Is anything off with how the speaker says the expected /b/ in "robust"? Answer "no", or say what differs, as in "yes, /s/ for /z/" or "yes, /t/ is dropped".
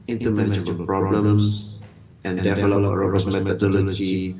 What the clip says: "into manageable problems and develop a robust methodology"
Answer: yes, /b/ is dropped